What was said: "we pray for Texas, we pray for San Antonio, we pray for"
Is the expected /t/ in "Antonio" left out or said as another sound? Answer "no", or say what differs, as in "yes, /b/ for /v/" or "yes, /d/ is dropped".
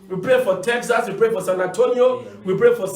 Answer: no